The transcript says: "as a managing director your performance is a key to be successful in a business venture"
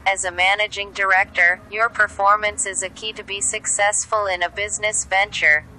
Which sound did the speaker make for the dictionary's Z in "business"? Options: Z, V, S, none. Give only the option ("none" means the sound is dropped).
Z